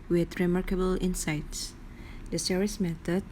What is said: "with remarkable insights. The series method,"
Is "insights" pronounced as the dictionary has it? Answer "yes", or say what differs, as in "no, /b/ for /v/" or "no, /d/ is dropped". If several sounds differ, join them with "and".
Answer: yes